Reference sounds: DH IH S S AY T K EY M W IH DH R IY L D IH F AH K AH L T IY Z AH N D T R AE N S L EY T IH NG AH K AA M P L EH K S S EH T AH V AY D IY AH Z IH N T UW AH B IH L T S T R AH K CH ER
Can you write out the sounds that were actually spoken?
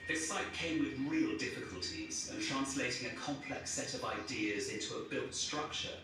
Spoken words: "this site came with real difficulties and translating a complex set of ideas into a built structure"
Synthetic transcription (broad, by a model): DH IH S S AY T K EY M W IH DH R IY L D IH F AH K AH L T IY Z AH N T R AE N S L EY T IH NG AH K AA M P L EH K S S EH T AH V AY D IY AH Z IH N T UW AH B IH L T S T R AH K CH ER